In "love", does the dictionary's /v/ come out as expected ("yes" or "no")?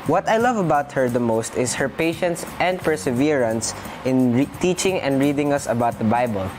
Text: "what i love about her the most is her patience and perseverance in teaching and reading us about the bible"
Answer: yes